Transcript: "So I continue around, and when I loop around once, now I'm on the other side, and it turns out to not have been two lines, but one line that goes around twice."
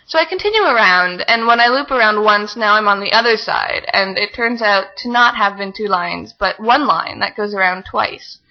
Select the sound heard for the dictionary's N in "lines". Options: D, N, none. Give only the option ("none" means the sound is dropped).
N